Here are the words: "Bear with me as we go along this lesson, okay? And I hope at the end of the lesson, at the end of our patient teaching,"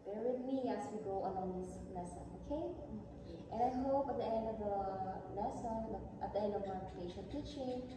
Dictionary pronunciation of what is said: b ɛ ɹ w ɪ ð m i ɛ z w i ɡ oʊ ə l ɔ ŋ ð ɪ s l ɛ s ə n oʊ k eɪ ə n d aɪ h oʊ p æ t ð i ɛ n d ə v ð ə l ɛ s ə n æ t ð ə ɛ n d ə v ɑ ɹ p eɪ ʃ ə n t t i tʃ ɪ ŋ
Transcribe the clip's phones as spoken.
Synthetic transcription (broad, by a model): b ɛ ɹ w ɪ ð m i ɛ s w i ɡ oʊ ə n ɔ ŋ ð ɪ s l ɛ s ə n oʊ k eɪ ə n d aɪ h oʊ p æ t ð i ɛ n d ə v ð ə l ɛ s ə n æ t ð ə ɛ n d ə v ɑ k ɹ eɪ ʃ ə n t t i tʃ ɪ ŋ